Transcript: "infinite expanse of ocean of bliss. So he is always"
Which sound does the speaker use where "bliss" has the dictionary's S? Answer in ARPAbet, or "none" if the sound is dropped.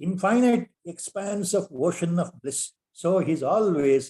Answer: S